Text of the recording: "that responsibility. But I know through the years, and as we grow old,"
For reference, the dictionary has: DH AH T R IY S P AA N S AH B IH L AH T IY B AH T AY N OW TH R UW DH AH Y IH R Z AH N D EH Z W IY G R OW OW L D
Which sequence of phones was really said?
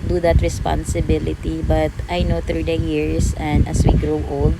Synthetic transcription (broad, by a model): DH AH T R IY S P AA N S AH B IH L AH T IY B AH T AY N OW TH R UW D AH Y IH R S AH N D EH S W IY G R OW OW L D